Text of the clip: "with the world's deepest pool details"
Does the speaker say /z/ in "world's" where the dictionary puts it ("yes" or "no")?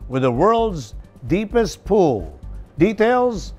yes